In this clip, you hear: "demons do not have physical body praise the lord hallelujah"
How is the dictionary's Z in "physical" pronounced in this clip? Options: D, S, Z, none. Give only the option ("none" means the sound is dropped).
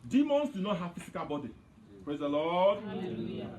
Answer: S